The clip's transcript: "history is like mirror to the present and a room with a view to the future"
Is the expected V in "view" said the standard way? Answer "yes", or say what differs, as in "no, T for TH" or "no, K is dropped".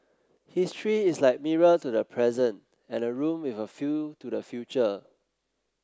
no, F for V